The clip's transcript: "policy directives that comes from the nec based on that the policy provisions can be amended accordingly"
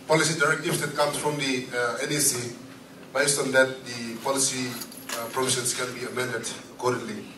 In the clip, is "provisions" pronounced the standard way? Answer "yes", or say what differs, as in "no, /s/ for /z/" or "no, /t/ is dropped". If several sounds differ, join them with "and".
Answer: no, /s/ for /z/